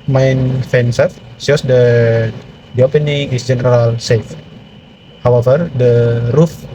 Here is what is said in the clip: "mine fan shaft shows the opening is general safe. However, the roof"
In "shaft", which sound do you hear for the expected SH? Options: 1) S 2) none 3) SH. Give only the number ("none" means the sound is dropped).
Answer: 1